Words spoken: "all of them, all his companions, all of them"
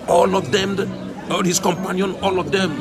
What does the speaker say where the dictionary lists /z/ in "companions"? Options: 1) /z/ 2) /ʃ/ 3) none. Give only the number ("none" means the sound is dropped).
3